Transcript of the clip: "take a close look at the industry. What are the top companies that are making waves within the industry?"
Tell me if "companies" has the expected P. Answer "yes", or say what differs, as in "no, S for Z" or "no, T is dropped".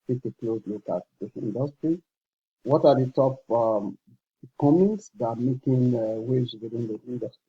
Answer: no, P is dropped